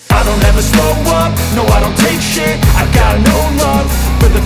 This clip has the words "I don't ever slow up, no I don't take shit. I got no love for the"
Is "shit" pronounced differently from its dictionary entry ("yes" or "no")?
yes